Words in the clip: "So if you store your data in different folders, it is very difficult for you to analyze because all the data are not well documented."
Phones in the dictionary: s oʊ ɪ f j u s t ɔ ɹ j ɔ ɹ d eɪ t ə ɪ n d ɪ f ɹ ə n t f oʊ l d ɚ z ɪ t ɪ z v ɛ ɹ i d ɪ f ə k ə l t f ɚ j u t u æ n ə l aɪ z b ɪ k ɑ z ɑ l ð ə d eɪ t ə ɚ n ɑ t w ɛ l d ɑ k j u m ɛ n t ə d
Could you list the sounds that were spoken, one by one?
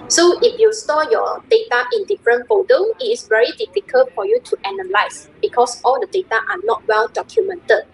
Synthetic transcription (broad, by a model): s oʊ ɪ f j u s t ɔ j ɔ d eɪ t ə ɪ n d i f ɹ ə n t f oʊ d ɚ ɪ t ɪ s v ɛ ɹ i d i f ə k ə l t f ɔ j u t u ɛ n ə l aɪ s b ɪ k ɑ s ɑ l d ə d eɪ t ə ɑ n ɑ t w ɛ l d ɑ k j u m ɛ n t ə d